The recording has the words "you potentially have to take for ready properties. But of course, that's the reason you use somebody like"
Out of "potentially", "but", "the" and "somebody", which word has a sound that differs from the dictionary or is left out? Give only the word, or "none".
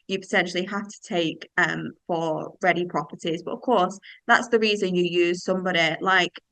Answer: potentially